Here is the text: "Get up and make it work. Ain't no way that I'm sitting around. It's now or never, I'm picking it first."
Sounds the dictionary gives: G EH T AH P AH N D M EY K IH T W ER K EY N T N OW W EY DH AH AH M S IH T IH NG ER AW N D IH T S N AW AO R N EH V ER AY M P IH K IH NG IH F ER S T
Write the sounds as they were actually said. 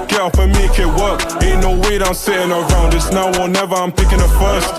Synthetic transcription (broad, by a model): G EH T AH F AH M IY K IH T W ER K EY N N OW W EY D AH AH M S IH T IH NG ER AW N D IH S N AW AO L N EH V ER AY M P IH K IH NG IH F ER S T